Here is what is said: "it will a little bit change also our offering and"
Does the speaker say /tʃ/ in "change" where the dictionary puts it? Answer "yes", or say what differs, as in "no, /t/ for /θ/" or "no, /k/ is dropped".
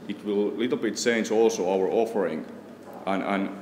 no, /s/ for /tʃ/